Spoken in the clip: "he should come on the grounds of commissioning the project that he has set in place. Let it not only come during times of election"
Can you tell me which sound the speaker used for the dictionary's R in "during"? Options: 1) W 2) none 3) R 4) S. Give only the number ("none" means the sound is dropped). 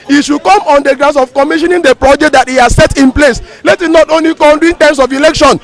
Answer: 2